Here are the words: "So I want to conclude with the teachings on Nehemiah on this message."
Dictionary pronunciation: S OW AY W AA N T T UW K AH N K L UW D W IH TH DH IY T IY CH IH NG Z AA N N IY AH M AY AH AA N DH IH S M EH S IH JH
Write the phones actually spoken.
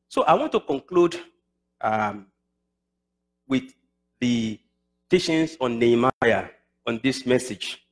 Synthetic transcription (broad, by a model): S OW AY W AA N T T UW K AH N K L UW D W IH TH DH IY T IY SH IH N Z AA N N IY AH M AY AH AA N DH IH S M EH S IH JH